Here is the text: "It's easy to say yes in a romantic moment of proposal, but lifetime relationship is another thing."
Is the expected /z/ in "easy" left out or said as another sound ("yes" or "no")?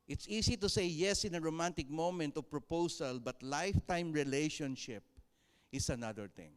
yes